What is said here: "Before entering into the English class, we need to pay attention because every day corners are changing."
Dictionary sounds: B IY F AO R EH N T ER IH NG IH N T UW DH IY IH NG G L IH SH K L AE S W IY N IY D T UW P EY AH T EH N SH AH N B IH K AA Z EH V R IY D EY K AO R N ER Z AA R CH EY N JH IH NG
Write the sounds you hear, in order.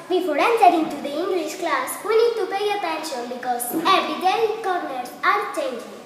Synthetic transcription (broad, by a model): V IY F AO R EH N S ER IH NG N T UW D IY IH NG G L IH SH K L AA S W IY N IY D T UW P EY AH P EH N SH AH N B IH K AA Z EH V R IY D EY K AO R N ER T AA R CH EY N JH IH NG